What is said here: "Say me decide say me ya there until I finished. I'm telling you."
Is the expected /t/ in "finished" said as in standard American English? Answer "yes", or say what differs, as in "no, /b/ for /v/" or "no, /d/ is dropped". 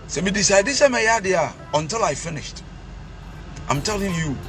yes